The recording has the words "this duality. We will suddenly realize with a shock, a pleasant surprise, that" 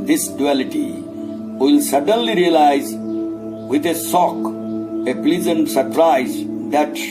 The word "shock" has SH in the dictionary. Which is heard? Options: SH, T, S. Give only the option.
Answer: S